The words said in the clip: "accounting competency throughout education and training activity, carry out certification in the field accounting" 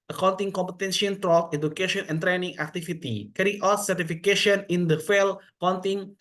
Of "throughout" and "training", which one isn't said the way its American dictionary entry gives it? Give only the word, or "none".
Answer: throughout